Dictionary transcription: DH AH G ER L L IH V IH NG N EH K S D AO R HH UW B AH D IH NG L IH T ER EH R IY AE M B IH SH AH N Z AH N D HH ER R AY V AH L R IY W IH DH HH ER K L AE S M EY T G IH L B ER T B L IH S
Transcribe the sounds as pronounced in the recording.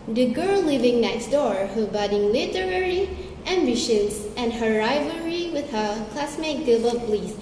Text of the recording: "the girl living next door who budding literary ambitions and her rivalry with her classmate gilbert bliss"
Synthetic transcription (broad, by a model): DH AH G ER L L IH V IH NG N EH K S D AO R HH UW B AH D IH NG L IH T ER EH R IY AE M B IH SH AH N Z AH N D HH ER R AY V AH R IY W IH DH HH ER K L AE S M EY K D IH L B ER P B L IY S